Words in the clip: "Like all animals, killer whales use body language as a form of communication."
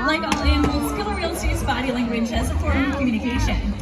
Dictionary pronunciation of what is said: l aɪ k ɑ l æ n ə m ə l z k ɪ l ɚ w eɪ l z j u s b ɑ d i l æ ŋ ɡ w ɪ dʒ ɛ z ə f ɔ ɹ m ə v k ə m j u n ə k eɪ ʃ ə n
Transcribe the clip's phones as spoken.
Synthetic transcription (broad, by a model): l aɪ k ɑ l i ə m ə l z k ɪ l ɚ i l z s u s b ɑ d i l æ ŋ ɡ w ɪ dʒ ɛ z ə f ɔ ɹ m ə k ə m j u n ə k eɪ ʃ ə n